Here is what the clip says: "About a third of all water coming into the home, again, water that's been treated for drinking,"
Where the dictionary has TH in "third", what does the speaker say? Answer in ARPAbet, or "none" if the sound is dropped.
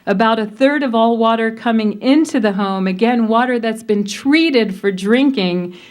TH